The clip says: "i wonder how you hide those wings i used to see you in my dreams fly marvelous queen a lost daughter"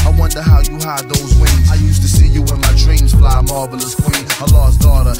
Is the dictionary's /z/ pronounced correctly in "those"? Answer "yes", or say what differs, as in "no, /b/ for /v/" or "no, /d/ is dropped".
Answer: yes